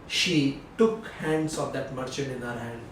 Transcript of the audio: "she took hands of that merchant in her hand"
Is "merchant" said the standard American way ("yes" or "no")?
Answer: no